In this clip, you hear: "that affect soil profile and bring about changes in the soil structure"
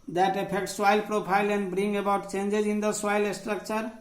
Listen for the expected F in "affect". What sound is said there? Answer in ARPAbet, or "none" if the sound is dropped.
P